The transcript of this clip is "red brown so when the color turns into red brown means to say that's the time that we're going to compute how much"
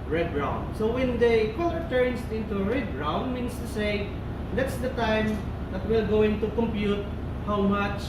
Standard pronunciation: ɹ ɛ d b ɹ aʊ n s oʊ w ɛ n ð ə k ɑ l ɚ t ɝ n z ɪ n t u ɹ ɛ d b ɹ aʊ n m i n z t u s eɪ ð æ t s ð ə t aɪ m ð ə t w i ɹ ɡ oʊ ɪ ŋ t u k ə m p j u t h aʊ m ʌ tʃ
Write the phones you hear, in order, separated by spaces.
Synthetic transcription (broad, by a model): ɹ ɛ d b ɹ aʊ n s oʊ w ɛ n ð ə k ɑ l ɚ t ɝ n s ɪ n t u ɹ ɛ d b ɹ aʊ n m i n s t u s eɪ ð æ t s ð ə t aɪ m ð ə t w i l ɡ oʊ ɪ ŋ t u k ə m p j u t h aʊ m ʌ tʃ